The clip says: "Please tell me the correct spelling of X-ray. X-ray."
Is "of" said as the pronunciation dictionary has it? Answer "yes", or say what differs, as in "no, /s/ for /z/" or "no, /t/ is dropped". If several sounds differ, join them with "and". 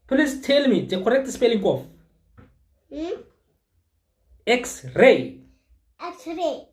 no, /f/ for /v/